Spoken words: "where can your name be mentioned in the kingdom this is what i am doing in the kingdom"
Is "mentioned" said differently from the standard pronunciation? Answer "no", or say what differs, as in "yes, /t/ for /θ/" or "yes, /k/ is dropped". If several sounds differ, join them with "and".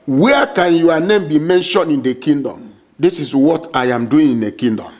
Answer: yes, /d/ is dropped